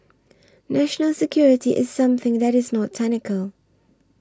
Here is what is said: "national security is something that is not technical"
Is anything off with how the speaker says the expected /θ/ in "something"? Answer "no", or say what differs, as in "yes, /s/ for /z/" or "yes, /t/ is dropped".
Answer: no